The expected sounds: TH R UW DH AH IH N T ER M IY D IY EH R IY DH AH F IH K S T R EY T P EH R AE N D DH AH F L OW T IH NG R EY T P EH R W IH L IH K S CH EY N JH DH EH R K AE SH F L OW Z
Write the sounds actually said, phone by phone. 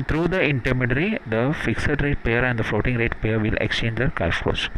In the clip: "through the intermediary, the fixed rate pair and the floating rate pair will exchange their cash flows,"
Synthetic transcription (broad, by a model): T R UW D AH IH N T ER M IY D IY R IY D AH F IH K S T R EY T P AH R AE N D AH F L OW T IH NG R EY T P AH R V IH L IH K S CH EY N JH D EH R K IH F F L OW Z